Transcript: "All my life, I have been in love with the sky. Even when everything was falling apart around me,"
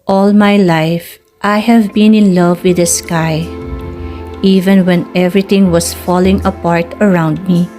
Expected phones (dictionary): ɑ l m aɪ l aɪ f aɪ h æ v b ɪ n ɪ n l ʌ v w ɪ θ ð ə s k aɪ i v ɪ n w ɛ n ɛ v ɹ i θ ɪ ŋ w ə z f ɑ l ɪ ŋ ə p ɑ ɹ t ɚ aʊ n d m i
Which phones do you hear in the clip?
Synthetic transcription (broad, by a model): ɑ l m aɪ l aɪ f aɪ h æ v b ɪ n ɪ n l ʌ v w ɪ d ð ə s k aɪ i v ɪ n w ɛ n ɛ v ɹ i t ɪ ŋ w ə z f ɑ l ɪ ŋ ə p ɑ ɹ t ɚ aʊ n d m i